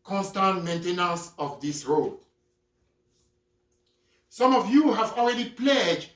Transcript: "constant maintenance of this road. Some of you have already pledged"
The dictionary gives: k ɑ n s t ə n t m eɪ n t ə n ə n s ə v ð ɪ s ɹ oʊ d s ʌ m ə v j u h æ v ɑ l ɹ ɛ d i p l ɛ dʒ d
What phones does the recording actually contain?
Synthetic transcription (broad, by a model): k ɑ n s t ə n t m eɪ n t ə n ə s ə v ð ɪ s ɹ oʊ d s ʌ m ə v j u h æ v ɑ l ɹ ɛ d i p l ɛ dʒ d